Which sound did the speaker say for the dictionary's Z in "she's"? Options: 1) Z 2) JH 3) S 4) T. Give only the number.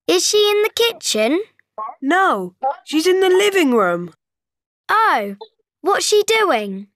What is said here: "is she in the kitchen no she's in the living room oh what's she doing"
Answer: 1